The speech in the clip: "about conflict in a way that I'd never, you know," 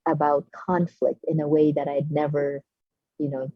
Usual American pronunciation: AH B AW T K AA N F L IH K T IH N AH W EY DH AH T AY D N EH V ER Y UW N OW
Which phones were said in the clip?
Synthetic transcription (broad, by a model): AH B AW T K AA N F L IH K T IH N AH W EY DH AH T AY D N EH V ER Y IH N OW